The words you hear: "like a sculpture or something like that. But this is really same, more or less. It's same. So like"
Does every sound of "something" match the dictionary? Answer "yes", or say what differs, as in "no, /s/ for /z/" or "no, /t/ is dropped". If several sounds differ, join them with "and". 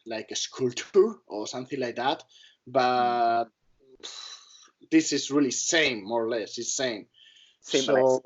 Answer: yes